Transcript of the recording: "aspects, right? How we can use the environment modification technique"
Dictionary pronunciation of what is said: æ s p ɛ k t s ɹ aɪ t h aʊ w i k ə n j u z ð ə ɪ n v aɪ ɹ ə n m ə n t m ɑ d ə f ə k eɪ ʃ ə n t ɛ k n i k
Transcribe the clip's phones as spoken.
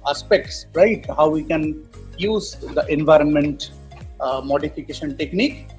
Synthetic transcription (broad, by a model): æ s p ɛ k t s ɹ aɪ t h aʊ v i k ə n j u z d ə ɪ n v aɪ ɹ ə n m ə n t m ɑ d ə f ə k eɪ ʃ ə n t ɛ k n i k